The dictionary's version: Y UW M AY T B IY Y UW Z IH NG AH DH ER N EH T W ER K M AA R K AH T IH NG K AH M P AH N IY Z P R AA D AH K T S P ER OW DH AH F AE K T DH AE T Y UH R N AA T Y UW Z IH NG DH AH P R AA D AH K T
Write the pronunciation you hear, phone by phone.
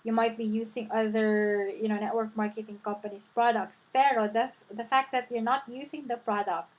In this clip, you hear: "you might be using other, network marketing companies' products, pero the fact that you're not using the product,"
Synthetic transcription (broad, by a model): Y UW M AY T B IY Y UW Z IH NG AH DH ER N EH T W ER K M AA R K AH T IH NG K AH M P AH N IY S P R AA D AH K T S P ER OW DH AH F AE K T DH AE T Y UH R N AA T Y UW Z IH NG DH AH P R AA D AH K T